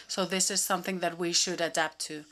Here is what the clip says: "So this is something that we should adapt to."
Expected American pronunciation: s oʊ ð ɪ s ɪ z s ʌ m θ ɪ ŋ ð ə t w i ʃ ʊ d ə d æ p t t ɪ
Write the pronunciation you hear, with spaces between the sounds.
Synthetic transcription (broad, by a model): s oʊ ð ɪ s ɪ z s ʌ m θ ɪ ŋ ð ə t w i ʃ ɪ d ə d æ p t t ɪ